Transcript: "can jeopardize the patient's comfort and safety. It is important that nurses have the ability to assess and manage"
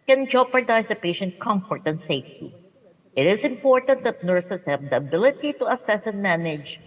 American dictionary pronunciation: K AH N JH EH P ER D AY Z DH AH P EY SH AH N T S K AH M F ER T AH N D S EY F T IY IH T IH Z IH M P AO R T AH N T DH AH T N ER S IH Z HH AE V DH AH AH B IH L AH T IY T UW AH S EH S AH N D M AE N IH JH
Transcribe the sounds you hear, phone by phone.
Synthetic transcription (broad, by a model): K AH N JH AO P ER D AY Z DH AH P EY SH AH N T K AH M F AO T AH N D S EY F T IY IH T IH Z IH M P AO R T AH N T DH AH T N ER S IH S HH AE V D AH AH B IH L AH T IY T UW AH S EH S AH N M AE N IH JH